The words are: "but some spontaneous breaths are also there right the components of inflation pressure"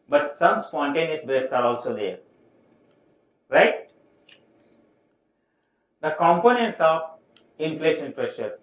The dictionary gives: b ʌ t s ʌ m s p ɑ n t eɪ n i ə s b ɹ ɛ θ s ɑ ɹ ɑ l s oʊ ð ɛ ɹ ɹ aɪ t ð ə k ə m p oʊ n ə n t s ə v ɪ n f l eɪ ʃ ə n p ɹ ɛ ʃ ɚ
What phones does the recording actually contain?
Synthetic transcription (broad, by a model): b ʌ t s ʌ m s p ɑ n t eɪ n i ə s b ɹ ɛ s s ɑ ɹ ɑ l s oʊ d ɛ ɹ ɹ aɪ t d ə k ə m p oʊ n ə n t s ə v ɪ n p l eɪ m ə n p ɹ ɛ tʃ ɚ